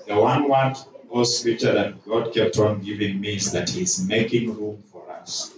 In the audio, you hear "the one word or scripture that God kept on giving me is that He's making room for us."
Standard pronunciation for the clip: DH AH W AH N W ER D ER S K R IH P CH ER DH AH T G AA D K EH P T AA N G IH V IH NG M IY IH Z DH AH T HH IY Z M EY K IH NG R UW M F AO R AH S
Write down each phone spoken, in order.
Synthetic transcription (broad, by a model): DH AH W AH N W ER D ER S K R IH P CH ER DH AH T G AA D K EH P T AA N G IH V IH NG M IY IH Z DH AH T HH IY Z M EY K IH NG R UW M F AO R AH S